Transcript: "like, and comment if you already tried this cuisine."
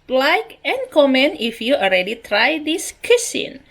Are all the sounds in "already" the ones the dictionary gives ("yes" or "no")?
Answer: no